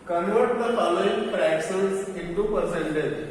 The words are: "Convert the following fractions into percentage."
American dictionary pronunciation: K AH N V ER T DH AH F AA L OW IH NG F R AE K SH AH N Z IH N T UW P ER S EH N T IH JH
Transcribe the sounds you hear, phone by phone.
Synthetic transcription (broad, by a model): K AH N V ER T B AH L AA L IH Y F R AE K S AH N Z IH N T UW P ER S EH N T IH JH